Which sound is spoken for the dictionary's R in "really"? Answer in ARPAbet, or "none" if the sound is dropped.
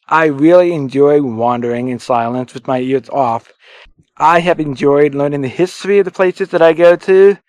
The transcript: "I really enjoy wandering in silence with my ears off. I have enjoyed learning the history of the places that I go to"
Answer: R